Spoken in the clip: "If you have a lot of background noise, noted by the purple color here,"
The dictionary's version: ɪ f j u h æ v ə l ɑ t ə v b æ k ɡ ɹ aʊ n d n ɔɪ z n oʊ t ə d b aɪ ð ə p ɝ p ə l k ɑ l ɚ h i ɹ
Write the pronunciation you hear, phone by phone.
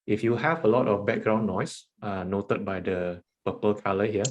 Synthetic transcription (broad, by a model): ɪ f j u h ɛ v ə l ɑ t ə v b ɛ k ɡ ɹ aʊ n n ɔɪ s n oʊ t ə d b aɪ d ə p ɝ p ə l k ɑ l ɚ h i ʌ